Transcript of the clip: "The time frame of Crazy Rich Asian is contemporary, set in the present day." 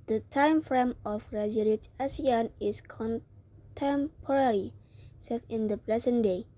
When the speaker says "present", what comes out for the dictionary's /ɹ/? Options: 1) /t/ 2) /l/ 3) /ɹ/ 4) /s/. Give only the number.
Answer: 2